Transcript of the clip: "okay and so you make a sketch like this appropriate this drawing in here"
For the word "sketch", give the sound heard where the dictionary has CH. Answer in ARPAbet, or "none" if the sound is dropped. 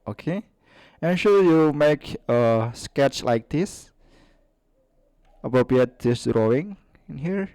CH